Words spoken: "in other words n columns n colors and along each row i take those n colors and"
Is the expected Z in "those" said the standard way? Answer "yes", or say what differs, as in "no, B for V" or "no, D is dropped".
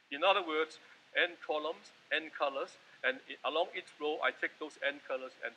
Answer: no, S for Z